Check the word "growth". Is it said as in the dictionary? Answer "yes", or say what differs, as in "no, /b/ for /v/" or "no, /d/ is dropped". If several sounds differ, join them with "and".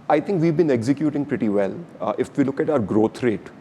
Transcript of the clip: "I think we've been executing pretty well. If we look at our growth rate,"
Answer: no, /t/ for /θ/